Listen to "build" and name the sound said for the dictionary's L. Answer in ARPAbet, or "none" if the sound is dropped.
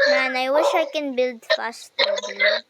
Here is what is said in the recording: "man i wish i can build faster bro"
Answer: L